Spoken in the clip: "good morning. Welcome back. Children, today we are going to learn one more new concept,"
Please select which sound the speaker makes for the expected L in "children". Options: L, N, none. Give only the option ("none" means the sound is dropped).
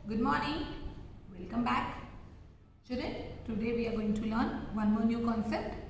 none